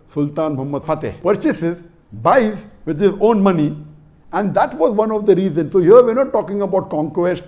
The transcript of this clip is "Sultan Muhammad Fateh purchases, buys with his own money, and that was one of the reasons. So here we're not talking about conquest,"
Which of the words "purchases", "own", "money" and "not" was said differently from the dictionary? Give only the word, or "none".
none